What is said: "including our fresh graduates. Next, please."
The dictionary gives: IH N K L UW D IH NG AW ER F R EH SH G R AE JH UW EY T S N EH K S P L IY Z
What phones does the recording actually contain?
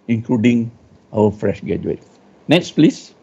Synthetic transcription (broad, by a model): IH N K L UW D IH NG AW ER F R EH SH G EH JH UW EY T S N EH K S P L IY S